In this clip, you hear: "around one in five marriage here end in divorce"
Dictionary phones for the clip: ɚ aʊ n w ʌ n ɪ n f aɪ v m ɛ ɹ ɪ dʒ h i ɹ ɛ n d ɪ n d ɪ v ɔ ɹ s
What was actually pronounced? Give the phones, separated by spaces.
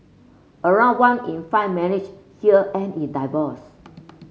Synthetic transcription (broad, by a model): ɚ aʊ n w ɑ n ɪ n f aɪ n m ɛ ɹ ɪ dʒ h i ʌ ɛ n ɪ n d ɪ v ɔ s